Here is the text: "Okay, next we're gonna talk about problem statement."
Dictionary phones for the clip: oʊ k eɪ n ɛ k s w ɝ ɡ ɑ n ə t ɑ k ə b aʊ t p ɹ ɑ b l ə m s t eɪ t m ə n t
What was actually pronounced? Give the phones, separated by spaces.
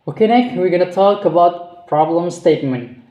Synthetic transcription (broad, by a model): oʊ k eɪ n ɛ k w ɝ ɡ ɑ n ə t ɑ k ə b aʊ t p ɹ ɑ b l ə m s t eɪ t m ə n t